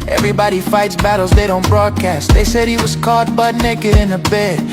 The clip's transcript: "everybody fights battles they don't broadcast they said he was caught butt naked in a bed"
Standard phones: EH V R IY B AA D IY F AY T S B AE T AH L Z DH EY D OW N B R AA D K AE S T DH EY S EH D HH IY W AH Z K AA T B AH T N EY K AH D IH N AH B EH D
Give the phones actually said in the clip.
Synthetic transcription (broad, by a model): EH V R IY B AA D IY F AY T S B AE T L Z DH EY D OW N B R AA D K AE S T DH EY S EH D HH IY W AH Z K AA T B AH T N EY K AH D IH N AH B EH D